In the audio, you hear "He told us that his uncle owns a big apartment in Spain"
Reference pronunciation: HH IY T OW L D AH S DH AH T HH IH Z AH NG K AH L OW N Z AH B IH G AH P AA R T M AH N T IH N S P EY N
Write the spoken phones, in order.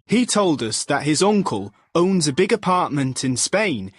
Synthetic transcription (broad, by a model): HH IY T OW L D AH S DH AH T HH IH Z AH NG K AH L OW N Z AH B IH G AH P AA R T M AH N T IH N S P EY N